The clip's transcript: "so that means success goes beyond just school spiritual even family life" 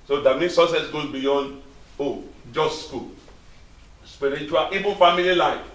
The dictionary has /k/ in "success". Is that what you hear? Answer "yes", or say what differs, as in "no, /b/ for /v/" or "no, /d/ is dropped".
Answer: no, /k/ is dropped